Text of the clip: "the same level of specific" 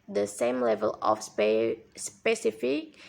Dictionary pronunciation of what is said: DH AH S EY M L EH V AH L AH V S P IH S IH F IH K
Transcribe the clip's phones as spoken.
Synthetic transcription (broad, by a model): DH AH S EY M L EH V AH L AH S S P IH S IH F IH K